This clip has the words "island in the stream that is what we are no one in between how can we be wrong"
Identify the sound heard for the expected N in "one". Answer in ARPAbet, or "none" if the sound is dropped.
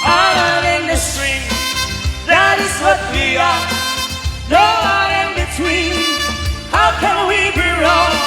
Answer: none